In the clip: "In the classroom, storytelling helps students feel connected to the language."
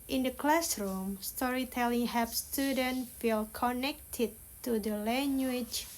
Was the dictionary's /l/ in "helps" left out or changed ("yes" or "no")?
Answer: yes